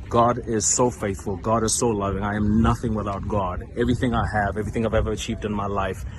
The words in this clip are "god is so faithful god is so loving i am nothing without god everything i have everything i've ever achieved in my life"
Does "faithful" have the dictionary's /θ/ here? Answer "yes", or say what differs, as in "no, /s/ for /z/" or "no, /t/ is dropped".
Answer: yes